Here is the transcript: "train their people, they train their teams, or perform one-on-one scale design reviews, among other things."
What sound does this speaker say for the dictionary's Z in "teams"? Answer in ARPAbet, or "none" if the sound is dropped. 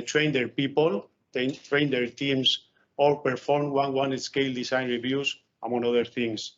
S